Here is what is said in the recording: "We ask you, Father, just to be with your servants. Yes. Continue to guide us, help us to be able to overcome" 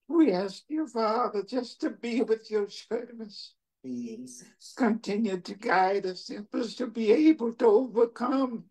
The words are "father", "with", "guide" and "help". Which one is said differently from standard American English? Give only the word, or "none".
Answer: help